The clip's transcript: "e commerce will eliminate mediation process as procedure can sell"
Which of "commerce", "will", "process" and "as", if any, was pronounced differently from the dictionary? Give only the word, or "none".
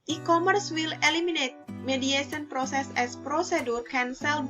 as